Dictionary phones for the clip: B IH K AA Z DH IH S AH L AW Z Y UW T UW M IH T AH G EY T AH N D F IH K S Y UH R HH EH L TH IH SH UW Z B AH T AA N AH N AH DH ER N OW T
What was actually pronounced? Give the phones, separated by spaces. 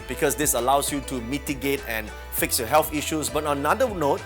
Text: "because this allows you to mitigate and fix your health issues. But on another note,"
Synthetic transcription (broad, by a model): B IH K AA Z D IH S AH L AW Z Y UW T UW M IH T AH G EY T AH N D F IH K S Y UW HH EH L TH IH SH UW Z B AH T AA N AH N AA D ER N OW T